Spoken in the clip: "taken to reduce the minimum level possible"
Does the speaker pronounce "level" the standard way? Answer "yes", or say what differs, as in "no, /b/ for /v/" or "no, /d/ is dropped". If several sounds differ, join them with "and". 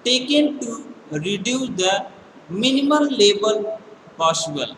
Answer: no, /b/ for /v/